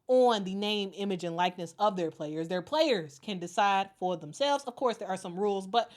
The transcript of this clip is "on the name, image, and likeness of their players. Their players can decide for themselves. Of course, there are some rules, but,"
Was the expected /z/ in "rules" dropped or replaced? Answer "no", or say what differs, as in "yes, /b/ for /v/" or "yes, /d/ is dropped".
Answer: no